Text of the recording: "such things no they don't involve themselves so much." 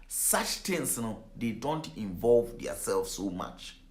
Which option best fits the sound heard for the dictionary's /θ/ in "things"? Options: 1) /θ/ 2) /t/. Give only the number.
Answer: 2